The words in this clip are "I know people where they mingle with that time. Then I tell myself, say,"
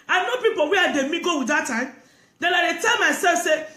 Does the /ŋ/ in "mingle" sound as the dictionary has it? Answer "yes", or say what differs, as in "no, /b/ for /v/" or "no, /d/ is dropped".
no, /ŋ/ is dropped